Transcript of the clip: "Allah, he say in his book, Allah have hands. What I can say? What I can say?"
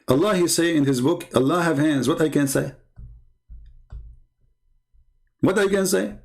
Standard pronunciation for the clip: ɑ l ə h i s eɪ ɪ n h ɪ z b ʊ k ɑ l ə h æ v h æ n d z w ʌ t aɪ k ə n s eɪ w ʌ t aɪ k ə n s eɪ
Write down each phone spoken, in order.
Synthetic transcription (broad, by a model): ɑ l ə h i s eɪ ɪ n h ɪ z b ʊ k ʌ l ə h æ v h æ n d z w ʌ t aɪ k ə n s eɪ w ʌ t aɪ k ə n s eɪ